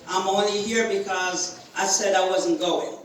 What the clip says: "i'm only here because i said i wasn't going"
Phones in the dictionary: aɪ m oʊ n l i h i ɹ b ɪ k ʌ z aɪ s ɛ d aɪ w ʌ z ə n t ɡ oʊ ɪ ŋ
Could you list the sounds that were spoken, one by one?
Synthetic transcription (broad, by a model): aɪ m oʊ n l i h i ɹ b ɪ k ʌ z aɪ s ɛ d aɪ w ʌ z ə n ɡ oʊ ɪ ŋ